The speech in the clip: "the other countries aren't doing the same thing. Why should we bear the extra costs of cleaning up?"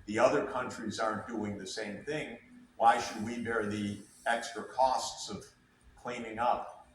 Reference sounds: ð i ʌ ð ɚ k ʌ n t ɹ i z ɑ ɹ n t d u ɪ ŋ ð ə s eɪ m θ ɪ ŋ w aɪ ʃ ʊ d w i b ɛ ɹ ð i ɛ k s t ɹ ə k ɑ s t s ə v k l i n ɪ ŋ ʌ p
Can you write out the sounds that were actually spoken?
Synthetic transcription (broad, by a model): ð i ʌ ð ɚ k ʌ n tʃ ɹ i z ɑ ɹ n d u ɪ ŋ ð ə s eɪ m θ ɪ ŋ w aɪ ʃ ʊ d w i b ɛ ɹ ð i ɛ k s t ɹ ə k ɑ s t s ə v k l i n ɪ ŋ ʌ p